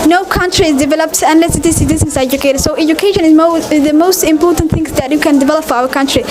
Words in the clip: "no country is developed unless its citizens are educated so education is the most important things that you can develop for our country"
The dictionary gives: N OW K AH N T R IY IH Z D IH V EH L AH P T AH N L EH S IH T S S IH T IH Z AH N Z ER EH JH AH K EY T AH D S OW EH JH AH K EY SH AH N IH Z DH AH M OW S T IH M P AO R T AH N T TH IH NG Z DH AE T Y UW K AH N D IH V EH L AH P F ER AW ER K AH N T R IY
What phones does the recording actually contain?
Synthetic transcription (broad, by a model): N OW K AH N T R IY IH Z D IH V EH L AH P T AH N L EH S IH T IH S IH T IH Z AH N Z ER EH JH AH K EY T AH D S OW EH JH AH K EY SH AH N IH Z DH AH M OW S T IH M P AO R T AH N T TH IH NG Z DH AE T Y UW K AH N D IH V EH L AH P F AW ER K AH N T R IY